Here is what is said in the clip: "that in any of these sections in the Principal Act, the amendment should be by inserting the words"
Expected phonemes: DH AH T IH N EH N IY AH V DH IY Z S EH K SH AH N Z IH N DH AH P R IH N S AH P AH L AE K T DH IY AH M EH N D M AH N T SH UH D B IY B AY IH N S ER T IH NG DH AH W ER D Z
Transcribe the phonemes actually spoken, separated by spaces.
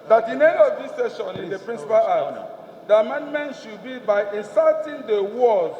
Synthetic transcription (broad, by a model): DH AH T IH N EH N IY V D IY S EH SH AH N IH N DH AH P R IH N S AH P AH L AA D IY AH M EH N D M AH N T SH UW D B IY B AY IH N S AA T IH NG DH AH W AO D